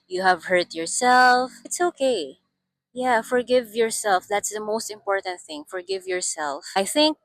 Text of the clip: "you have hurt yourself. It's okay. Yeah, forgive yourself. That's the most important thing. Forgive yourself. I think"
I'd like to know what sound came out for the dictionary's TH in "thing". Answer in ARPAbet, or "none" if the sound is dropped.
TH